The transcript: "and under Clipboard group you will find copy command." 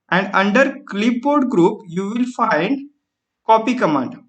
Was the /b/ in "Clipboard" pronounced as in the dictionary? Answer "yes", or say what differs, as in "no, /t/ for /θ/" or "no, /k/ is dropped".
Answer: no, /b/ is dropped